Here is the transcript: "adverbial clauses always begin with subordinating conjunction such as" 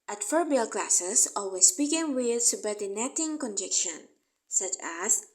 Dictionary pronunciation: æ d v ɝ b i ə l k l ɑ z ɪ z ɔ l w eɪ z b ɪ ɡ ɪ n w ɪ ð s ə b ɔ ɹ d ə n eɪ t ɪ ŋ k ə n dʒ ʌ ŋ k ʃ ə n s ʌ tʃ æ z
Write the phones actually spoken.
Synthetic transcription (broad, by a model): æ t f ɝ b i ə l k l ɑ s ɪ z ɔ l w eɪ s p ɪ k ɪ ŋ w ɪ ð s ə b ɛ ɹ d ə n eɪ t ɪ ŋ k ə n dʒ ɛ k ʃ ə n s ʌ tʃ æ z